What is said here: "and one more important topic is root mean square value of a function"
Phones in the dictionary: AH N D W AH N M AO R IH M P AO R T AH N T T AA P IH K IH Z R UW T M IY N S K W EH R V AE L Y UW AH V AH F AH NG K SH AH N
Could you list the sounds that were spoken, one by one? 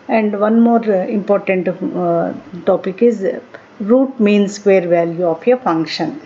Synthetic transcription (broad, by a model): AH N D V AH N M AO R IH M P AO R T AH N T T AA P IH K IH Z R UW T M IY N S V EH R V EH L Y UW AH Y AH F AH NG K SH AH N